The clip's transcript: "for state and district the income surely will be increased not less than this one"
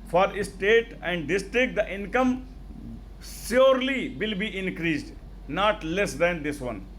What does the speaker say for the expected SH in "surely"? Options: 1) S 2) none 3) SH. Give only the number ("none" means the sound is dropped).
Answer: 1